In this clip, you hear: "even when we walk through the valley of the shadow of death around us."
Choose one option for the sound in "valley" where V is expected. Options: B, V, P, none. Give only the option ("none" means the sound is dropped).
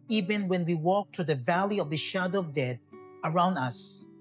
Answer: V